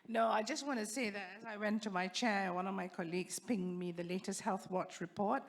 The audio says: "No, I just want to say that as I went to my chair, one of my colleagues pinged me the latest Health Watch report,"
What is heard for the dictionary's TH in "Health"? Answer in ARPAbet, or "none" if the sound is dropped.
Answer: TH